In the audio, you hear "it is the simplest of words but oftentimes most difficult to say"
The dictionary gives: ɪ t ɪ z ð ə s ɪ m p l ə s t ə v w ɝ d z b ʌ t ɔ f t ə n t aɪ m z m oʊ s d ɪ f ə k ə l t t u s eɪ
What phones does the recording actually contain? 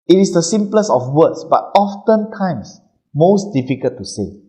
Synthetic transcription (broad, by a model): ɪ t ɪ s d ə s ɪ m p l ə s ə f w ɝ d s b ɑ t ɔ f t ə n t aɪ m s m oʊ s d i f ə k ə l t t u s eɪ